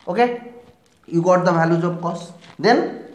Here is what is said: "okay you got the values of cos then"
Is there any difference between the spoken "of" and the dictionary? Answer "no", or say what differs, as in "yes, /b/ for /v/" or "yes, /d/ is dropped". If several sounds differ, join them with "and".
yes, /b/ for /v/